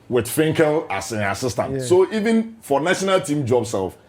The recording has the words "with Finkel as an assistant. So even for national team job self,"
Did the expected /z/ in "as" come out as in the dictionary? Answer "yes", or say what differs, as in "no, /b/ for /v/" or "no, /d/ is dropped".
no, /s/ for /z/